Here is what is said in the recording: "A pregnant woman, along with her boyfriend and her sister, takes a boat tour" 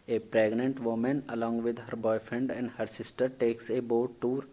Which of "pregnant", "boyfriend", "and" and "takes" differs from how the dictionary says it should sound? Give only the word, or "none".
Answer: none